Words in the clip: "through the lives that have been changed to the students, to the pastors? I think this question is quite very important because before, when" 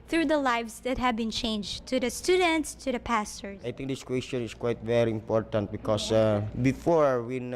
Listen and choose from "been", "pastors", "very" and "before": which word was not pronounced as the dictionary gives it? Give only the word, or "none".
pastors